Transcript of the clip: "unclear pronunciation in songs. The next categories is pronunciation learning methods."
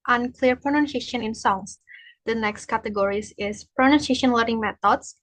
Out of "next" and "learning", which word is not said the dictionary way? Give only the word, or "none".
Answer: learning